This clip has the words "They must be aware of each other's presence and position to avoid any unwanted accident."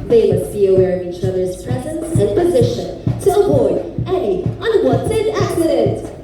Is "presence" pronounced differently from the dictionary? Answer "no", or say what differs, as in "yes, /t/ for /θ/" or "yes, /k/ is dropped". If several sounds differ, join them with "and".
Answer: no